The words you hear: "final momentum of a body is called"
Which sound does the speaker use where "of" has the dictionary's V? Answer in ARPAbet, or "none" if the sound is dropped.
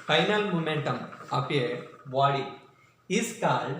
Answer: P